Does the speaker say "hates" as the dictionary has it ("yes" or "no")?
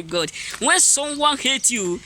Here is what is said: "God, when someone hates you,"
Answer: no